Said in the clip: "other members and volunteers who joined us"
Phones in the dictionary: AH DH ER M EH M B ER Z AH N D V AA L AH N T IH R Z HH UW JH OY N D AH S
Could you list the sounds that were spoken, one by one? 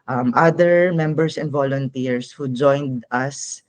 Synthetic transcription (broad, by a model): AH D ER M EH M B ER S AH N D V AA L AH N T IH R S HH UW JH OY N D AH S